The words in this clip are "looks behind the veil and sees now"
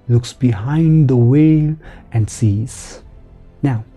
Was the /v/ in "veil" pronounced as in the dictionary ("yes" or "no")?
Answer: no